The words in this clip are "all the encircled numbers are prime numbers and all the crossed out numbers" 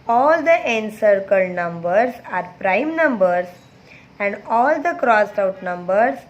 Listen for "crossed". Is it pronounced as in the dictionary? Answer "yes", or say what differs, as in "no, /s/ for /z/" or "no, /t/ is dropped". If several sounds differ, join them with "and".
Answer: yes